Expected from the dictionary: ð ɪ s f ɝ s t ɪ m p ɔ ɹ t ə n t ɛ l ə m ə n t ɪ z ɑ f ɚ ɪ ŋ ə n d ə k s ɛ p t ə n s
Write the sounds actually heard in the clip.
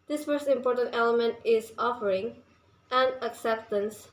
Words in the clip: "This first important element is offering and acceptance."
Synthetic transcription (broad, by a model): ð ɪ s f ɝ s t ɪ m p ɔ ɹ t ə n t ɛ l ə m ə n t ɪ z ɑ f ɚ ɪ ŋ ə n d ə k s ɛ p t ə n s